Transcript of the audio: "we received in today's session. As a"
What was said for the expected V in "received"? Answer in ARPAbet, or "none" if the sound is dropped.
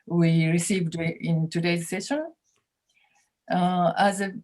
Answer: V